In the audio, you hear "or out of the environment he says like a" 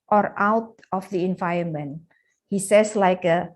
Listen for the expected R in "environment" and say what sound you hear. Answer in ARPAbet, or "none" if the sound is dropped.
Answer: none